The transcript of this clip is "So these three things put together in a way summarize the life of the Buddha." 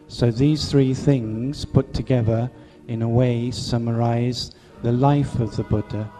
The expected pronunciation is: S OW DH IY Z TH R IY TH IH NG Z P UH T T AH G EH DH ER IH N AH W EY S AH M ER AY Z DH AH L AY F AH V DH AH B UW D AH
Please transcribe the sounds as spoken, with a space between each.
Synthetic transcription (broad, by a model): S OW DH IY Z TH R IY TH IH NG Z P UH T T AH G EH DH ER IH N AH W EY S AH M ER AY Z DH AH L AY F AH V DH AH B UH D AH